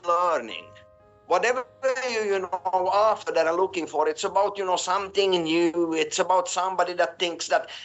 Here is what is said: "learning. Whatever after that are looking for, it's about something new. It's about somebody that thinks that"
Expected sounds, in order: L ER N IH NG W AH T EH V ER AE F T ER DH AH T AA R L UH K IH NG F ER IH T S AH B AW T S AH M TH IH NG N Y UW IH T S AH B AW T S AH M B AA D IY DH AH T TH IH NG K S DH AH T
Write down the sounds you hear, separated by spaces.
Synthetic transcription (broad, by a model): L ER N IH NG W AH T EH V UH AE F T ER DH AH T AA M L UH K IH NG F ER IH T S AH B AW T S AH M TH IH NG N Y UW IH T S AH B AW T S AH M B AA D IY DH AH T TH IH NG K S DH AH T